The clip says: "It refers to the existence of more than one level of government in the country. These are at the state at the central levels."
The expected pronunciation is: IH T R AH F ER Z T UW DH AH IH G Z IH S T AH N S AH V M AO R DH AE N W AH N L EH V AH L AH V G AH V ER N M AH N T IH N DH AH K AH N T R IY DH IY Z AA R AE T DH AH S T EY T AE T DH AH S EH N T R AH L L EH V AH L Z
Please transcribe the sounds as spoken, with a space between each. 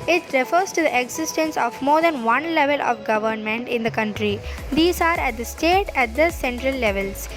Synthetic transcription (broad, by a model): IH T R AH F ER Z T UW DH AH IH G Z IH S T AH N S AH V M AO R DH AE N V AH N L EH V AH L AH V G AH V ER N M AH N T IH N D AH K AH N T R IY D IY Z AA R AE T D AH S T EY T AE T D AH S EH N T R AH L L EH V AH L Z